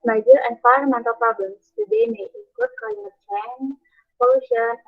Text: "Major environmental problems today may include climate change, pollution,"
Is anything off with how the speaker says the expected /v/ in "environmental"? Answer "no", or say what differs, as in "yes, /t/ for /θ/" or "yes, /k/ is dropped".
yes, /f/ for /v/